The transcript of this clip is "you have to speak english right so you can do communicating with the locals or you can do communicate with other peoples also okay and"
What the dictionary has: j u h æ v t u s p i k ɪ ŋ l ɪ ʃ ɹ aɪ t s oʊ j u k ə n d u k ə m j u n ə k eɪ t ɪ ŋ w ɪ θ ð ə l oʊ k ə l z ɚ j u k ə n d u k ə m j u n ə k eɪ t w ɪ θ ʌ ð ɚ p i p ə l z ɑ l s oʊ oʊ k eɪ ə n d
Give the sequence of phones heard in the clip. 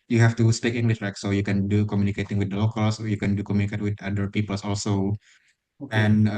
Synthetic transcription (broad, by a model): j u h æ f t u s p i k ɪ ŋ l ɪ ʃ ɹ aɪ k s oʊ j u k ə n d u k ə m j u n ə k eɪ t ɪ ŋ w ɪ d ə l oʊ k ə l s j u k ə n d u k ə m j u n ə k eɪ t w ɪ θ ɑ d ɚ p i p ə l s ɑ l s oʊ oʊ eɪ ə n